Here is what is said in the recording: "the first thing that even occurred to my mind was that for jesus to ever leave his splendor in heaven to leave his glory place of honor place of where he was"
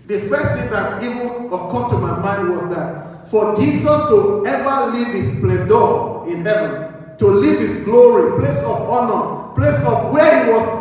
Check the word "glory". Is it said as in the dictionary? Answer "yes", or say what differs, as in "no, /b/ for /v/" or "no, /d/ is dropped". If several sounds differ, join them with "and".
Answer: yes